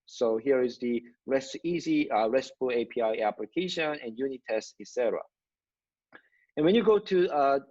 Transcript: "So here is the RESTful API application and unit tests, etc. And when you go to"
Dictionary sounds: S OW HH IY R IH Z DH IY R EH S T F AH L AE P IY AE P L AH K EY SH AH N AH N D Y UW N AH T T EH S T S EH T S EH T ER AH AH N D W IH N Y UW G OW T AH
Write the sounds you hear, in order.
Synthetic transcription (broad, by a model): S OW HH IY R IH Z DH IY R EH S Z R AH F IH P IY AE P L AH K EY SH AH N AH N Y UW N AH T T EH S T EH T S EH T ER AH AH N W IH N Y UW G OW T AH